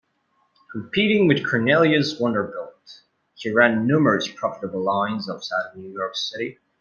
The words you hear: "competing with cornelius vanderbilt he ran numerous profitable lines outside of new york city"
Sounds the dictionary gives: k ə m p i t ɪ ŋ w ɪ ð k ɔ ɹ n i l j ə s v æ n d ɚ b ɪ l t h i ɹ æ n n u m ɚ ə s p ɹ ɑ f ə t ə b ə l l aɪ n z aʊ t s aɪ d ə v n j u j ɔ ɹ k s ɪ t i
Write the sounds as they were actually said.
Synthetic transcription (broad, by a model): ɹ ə p i t ɪ ŋ w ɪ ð k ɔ ɹ n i l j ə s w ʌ n d ɚ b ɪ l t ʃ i ɹ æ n n u m ɚ ə s p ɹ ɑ f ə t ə b l l aɪ n z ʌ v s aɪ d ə n j u j ɔ ɹ k s ɪ t i